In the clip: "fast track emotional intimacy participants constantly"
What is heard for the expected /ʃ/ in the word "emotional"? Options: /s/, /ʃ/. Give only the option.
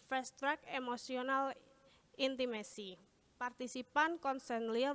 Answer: /s/